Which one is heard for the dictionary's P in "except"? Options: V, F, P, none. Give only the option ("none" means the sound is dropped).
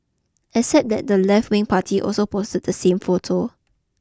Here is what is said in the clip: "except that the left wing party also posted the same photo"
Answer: none